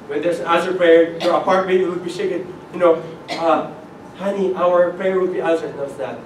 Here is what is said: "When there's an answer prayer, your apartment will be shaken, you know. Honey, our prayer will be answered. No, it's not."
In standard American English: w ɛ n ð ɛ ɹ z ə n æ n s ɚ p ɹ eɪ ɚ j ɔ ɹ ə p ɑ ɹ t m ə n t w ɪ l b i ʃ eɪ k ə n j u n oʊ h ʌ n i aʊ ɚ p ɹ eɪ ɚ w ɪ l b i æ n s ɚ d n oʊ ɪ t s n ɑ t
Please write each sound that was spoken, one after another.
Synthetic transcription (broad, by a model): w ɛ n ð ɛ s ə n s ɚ p ɹ eɪ ɚ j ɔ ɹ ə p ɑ ɹ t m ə t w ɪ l b i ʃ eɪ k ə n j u n oʊ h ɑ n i aʊ ɚ p ɹ eɪ ɚ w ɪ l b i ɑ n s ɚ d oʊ ɪ t s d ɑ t